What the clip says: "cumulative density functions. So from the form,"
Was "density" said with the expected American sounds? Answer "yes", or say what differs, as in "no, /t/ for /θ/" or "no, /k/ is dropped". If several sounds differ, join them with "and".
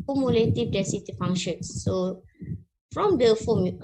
no, /n/ is dropped